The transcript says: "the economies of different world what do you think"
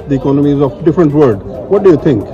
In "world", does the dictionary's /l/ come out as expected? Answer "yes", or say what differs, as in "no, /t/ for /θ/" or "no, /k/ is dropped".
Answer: no, /l/ is dropped